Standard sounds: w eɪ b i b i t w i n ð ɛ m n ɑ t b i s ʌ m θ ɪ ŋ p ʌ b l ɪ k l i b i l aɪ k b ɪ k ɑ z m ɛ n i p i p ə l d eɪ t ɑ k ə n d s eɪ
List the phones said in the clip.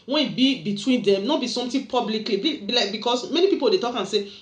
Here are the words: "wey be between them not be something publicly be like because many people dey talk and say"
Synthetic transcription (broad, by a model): w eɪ b i b i t w i n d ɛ m n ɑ b i s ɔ m t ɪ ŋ p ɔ b l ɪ k l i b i l aɪ k b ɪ k ɑ s m ɛ n i p i p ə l d eɪ t ɑ k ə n s eɪ